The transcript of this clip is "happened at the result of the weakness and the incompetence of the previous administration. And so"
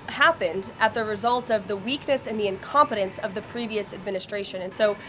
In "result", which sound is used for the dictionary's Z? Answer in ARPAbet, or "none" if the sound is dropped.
Z